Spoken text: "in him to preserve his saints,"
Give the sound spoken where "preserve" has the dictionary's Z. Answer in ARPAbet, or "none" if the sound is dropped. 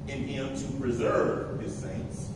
Z